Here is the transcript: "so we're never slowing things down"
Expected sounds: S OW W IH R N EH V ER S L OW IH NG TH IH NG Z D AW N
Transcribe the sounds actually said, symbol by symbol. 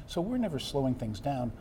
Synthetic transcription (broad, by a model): S OW W IH R N EH V ER S L OW IH NG TH IH NG Z D AW N